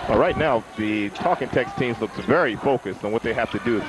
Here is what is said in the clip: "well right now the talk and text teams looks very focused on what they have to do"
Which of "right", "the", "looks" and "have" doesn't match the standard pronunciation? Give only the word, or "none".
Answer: have